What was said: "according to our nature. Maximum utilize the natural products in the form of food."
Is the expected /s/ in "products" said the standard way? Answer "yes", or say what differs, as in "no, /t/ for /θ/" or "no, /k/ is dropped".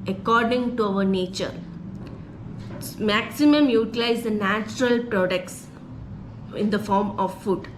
yes